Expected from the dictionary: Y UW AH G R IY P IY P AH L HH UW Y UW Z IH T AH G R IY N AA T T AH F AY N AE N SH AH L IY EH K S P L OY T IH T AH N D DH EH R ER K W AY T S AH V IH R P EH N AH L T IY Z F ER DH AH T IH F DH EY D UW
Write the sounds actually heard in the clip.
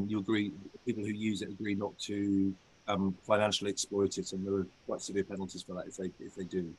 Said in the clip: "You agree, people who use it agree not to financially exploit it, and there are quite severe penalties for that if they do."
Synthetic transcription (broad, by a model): Y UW AH G R IY P IY P AH L HH UW Y UW Z IH T AH G R IY N AA T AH AH F AY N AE N SH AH L IY EH K S P L OY T IH T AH N DH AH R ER K W AY T S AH V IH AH P EH N AH L T IY Z F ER DH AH T IH F DH EY D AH